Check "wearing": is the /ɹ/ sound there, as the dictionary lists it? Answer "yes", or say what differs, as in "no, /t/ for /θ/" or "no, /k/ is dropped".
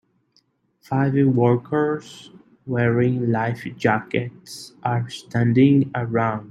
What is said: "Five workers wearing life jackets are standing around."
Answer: yes